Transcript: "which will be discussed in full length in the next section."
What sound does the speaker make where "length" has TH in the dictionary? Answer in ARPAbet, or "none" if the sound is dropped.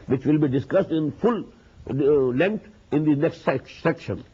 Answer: T